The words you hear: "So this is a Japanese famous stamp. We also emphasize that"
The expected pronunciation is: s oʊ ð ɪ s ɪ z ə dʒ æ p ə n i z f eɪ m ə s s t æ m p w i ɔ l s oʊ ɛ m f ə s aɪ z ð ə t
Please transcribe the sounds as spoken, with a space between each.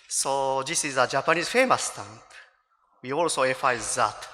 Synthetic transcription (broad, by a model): s oʊ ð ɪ s ɪ z ə dʒ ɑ p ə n i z f eɪ m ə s s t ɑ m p w i ɔ l s oʊ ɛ f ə ɪ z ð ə t